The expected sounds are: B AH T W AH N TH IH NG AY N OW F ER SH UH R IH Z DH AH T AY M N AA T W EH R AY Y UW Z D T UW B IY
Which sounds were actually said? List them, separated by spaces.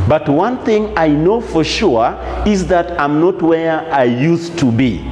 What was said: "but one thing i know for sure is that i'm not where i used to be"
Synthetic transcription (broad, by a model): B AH T W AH N TH IH NG AY N OW F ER SH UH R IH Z DH AH T AY M N AA T W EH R AY Y UW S T UW B IY